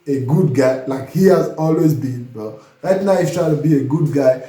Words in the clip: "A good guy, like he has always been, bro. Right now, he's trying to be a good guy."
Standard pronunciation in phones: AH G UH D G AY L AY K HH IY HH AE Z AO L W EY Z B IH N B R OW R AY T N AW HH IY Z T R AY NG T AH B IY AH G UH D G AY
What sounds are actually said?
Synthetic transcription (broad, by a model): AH G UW D G AY L AY K HH IY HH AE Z AO L W EY Z B IH N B OW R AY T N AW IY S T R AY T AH B IY AH G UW D G AY